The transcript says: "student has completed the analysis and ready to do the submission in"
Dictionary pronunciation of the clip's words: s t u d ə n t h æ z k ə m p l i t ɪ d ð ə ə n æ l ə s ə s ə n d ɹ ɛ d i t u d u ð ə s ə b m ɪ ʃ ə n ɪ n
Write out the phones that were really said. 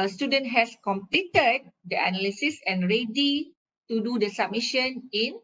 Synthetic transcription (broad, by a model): s t u d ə n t h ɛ s k ə m p l i t ɪ d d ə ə n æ l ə s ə s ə n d ɹ ɛ d i t u d u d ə s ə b m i ʃ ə n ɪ n